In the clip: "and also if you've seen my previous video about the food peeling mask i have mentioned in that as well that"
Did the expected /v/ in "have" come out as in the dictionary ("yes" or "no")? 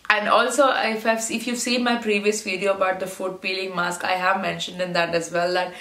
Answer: yes